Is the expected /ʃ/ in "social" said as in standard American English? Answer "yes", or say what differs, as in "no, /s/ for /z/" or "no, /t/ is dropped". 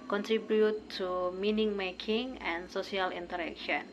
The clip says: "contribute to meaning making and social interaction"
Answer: no, /s/ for /ʃ/